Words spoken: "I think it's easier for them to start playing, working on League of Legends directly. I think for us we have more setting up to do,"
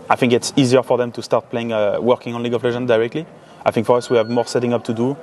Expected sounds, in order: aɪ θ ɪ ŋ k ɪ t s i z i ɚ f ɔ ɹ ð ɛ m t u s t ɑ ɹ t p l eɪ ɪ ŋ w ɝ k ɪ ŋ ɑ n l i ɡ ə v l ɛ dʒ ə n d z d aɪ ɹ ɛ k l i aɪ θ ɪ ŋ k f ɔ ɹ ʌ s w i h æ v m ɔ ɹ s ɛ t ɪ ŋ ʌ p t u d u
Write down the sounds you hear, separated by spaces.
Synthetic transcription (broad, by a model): aɪ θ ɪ ŋ k ɪ t s i z i ɚ f ɔ ɹ ð ɛ m t u s t ɑ ɹ t p l eɪ ɪ ŋ w ɝ k ɪ ŋ ɑ n l i ɡ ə f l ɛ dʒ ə n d d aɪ ɹ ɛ k l i aɪ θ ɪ ŋ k f ɔ ɹ ʌ s w i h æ v m ɔ ɹ s ɛ t ɪ ŋ ʌ p t u d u